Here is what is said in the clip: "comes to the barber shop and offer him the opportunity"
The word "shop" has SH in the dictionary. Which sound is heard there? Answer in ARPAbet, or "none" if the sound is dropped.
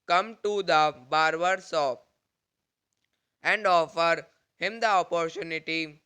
S